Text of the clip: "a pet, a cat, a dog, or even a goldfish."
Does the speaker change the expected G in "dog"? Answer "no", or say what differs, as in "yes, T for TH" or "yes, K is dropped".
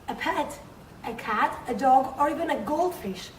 no